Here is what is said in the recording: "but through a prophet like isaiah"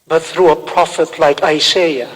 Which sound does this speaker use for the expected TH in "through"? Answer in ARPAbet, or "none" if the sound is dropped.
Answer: TH